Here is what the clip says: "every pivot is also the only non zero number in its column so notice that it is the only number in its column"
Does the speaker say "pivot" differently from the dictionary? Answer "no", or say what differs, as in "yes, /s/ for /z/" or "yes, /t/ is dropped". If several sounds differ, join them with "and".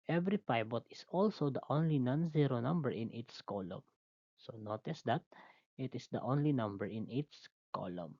yes, /b/ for /v/